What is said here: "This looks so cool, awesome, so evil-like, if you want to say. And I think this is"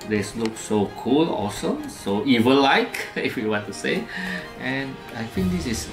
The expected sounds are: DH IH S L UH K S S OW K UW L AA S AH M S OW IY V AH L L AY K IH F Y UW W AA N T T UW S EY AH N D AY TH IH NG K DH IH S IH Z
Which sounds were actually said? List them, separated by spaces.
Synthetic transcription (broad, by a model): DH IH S L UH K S S OW K UW L AA S AH M S OW IY V AH N L AY K IH F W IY W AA N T T UW S EY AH N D AY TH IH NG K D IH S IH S